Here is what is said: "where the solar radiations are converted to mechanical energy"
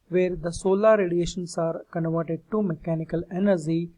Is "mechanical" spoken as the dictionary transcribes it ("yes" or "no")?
yes